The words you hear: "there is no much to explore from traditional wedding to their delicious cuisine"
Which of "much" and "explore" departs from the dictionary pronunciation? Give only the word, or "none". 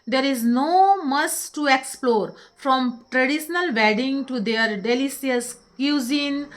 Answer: much